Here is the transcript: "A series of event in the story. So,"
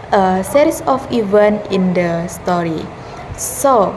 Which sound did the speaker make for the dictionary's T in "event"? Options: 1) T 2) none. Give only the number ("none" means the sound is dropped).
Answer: 2